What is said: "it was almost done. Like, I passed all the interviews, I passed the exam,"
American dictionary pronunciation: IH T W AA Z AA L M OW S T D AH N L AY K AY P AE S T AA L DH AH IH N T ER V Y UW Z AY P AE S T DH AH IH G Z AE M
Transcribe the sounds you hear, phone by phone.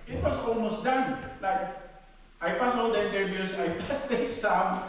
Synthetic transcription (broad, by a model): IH T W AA S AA L M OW S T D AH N L AY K AY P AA S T AA L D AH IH N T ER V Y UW S AY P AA S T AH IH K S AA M